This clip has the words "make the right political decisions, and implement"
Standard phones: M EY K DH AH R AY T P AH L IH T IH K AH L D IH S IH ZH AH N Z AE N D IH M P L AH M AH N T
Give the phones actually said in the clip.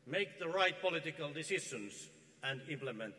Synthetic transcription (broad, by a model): M EY K DH AH R AY T P AH L IH T IH K AH L D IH S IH SH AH N S AE N D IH M P L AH M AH N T